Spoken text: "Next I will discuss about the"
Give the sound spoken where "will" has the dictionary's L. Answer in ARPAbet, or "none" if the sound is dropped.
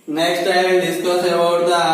N